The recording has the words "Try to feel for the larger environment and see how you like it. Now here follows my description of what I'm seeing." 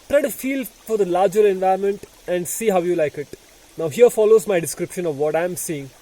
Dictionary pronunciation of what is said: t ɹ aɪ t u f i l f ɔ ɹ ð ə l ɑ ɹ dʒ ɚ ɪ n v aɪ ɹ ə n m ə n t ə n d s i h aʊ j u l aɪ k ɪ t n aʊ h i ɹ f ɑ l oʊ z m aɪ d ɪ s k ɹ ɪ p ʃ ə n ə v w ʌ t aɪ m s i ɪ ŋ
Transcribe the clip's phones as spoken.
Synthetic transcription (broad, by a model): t ɹ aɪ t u f i l f ɔ ɹ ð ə l ɑ ɹ dʒ ɚ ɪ n v aɪ ə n m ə n t ə n d s i h aʊ j u l aɪ k ɪ t n aʊ h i ɹ f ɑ l oʊ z m aɪ d ɪ s k ɹ ɪ p ʃ ə n ə v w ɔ t aɪ m s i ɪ ŋ